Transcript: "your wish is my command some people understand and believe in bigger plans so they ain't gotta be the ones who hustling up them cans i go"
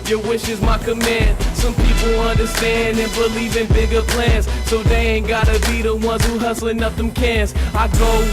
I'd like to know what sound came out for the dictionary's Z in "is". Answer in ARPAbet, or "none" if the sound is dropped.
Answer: Z